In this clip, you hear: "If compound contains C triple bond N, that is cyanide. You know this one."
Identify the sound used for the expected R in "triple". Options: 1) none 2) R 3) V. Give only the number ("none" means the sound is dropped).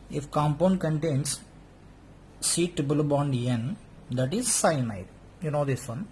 1